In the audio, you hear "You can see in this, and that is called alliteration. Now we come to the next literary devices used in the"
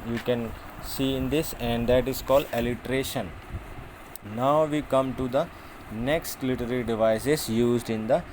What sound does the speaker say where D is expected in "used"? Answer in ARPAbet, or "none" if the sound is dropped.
D